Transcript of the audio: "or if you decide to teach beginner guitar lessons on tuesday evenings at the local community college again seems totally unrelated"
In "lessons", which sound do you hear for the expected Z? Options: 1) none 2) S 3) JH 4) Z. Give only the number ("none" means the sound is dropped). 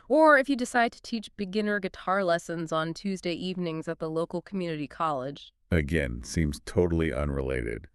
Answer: 4